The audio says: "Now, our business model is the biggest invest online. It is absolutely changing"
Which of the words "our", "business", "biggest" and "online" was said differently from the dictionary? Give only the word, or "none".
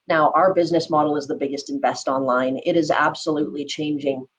none